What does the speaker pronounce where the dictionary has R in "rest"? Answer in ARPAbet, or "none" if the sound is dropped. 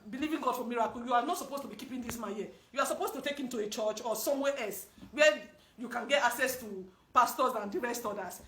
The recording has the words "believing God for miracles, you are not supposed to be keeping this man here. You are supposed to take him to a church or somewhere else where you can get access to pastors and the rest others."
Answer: R